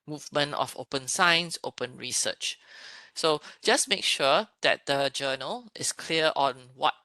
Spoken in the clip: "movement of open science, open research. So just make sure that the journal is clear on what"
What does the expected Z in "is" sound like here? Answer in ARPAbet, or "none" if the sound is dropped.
S